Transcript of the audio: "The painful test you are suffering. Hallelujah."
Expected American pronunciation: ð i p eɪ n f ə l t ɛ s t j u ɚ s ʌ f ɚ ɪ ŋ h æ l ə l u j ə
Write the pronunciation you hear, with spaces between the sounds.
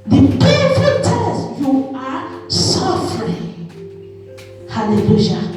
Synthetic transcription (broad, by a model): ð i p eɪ f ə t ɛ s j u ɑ s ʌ f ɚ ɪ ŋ h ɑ l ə l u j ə